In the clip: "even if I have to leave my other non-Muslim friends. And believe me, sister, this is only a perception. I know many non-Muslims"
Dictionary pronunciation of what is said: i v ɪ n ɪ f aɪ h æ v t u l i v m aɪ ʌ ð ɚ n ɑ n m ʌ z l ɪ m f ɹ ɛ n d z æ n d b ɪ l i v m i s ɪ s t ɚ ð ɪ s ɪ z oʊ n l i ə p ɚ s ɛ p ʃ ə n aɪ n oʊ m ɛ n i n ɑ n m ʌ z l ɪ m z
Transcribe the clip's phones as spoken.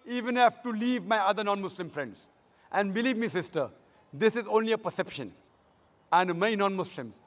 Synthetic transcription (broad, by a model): i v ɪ n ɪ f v t u l i v m aɪ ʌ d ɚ n ɑ n m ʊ s l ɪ m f ɹ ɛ n d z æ n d b ɪ l i v m i s ɪ s t ɚ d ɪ s ɪ z oʊ n l i ə p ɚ s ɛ p ʃ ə n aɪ n m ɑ i n ɑ n m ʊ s l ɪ m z